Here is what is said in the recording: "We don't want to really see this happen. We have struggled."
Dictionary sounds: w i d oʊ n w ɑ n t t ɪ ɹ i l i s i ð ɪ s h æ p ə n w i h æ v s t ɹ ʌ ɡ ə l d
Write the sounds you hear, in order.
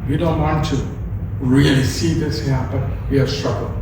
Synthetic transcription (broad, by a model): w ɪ d oʊ n w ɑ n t t ɪ ɹ i l i s i ð ɪ s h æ b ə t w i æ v s t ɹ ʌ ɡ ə l